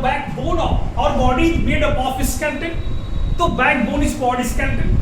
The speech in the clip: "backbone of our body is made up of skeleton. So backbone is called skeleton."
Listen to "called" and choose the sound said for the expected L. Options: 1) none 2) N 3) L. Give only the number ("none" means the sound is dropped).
1